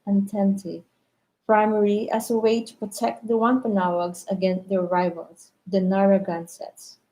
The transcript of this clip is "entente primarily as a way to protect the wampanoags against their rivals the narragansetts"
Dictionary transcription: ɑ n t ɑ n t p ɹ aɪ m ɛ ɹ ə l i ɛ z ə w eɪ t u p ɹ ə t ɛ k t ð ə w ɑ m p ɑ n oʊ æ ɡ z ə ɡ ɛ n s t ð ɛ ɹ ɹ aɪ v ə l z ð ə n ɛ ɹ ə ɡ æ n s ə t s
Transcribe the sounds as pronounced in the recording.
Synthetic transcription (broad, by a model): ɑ n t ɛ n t p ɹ aɪ m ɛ ɹ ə i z ə w eɪ t u p ɹ ə t ɛ k t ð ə w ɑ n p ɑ n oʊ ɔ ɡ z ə ɡ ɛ n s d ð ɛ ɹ ɹ aɪ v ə l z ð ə n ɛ ɹ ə ɡ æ n s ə t s